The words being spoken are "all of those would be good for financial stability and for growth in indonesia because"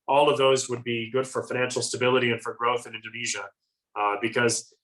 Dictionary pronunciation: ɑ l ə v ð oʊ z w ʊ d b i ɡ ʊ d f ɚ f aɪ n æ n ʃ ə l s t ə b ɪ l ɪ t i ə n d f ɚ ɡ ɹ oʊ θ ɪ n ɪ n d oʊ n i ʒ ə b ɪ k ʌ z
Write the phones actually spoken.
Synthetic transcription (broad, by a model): ɑ l ə v ð oʊ z w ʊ d b i ɡ ʊ d f ɚ f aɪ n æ n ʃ l s t ə b ɪ l ɪ t i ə n f ɚ ɡ ɹ oʊ θ ɪ n ɪ n d oʊ n i ʒ ə b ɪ k ʌ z